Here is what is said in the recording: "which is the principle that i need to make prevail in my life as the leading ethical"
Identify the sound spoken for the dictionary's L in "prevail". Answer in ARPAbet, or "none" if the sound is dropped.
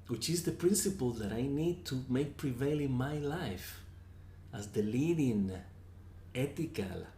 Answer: L